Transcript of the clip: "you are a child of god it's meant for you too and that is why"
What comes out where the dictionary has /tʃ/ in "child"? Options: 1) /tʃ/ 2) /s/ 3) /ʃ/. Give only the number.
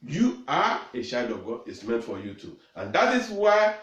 3